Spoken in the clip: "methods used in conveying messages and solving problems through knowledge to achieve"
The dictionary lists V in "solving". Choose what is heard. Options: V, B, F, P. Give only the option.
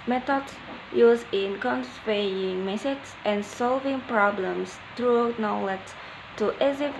V